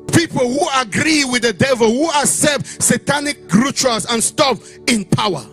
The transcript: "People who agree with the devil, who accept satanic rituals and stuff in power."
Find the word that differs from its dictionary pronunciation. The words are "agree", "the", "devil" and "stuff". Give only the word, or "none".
stuff